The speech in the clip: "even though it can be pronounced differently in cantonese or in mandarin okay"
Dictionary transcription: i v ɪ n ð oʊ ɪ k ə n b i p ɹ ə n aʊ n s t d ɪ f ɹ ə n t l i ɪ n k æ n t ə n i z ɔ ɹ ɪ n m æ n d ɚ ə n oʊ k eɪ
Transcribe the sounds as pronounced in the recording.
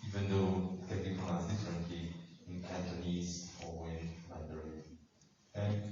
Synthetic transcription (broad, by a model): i v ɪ n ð oʊ ɪ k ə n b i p ə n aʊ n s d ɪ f ɹ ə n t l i ɪ n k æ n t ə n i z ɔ w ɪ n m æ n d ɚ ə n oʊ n